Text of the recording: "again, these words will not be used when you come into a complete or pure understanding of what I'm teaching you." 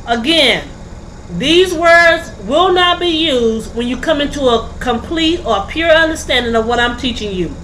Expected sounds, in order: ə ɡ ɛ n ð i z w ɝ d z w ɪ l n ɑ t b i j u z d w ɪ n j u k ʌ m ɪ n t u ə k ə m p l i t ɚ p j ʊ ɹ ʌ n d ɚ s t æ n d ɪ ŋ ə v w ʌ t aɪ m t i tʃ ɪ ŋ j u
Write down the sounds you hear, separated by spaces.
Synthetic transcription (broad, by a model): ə ɡ ɛ n ð i z w ɝ d z w ɪ l n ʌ t b i j u z d w ɪ n j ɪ k ʌ m ɪ n t u ə k ə m p l i t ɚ p j ʊ ɹ ʌ n d ɚ s t æ n d ɪ ŋ ə v w ʌ t aɪ m t i tʃ ɪ ŋ j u